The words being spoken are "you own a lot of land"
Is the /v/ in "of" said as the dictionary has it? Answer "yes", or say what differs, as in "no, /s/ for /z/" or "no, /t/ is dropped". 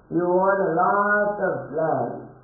no, /p/ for /v/